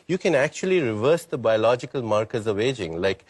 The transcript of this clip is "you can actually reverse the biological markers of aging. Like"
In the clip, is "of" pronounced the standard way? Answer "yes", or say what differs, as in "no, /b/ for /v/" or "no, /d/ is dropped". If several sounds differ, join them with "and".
yes